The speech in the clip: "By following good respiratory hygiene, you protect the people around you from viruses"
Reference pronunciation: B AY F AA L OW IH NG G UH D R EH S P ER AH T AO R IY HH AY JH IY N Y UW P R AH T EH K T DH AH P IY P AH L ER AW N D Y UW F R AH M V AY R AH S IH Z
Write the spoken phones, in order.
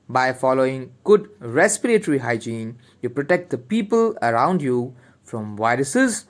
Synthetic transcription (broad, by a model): B AY F AA L OW IH NG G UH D R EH S P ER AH T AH R IY HH AY JH IY N Y UW P R AH T EH K T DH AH P IY P AH L ER AW N D Y UW F R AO M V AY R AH S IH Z